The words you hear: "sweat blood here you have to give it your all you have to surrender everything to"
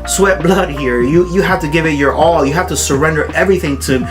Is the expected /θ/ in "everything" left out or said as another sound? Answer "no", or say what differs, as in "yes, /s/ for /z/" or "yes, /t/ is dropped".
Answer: no